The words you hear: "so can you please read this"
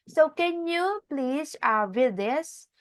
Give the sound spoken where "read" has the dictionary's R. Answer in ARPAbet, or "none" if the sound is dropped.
W